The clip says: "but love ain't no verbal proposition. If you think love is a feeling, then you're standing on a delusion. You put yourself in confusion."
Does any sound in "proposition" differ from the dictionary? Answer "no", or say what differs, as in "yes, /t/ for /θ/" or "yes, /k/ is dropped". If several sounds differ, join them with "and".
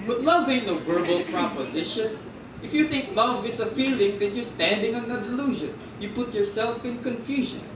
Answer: no